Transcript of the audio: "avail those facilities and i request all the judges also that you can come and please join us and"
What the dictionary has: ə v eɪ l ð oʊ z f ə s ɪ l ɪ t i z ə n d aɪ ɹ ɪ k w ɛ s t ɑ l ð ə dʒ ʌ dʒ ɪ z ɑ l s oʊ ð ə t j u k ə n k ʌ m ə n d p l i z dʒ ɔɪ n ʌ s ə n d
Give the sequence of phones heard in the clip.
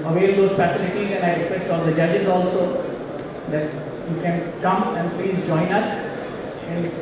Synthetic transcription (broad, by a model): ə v eɪ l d oʊ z p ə s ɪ n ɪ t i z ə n aɪ ɹ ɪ k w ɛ s t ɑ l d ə dʒ ʌ dʒ ɪ z ɑ l s oʊ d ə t j u k ə n k ʌ m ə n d p l i z dʒ ɔɪ n ʌ s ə n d